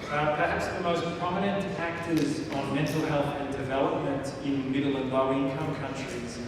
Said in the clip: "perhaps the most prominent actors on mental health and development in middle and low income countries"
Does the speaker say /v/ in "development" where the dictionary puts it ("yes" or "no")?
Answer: yes